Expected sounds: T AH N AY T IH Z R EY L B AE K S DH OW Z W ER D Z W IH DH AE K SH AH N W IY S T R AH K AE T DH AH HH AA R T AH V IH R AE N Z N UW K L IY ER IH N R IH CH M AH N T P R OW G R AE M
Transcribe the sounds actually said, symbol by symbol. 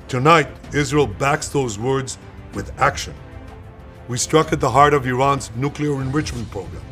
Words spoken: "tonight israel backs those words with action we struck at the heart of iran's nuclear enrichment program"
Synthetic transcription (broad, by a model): T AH N AY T IH Z R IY L B AE K S DH OW Z W ER D Z W IH DH AE K SH AH N W IY S T R AH K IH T DH AH HH AA R T AH V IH R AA N Z N UW K L IY ER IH N R IH CH M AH N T P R OW G R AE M